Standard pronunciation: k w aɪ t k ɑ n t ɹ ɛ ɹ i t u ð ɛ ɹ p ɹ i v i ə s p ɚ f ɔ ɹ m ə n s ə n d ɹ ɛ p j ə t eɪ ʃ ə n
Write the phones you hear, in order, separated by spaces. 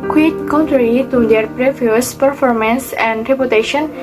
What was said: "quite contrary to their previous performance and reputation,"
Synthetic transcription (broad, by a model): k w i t k ɑ n t ɹ ɛ ɹ i t u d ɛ ɹ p ɹ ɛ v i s p ɚ f ɔ ɹ m ə n s ə n d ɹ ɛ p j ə t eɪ ʃ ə n